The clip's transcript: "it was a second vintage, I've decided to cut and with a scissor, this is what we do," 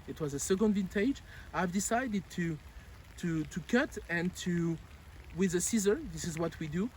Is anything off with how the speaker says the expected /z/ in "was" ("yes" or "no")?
no